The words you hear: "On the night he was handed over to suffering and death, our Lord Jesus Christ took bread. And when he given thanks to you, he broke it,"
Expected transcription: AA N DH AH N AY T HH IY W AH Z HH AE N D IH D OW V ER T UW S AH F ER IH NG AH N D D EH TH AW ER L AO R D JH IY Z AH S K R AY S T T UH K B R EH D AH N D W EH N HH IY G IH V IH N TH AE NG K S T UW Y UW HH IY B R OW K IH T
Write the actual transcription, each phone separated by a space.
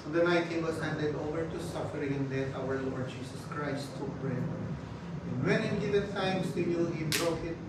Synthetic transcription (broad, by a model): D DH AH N AY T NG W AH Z HH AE N D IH D OW V ER T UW S AH F ER IH NG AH N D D EH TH AW ER L AO R D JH IY S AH S K R AY S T T UH K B R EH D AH N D W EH N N G IH V IH N T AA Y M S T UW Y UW HH IY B R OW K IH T